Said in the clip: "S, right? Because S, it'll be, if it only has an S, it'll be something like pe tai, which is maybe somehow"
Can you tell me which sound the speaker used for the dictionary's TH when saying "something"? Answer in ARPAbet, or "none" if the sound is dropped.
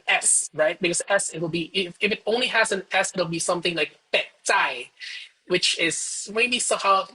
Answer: TH